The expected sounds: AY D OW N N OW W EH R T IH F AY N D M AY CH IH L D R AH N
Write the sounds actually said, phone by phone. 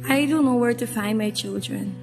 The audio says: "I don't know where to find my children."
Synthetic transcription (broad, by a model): AY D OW L N OW W EH R T IH F AY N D M AY CH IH L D R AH N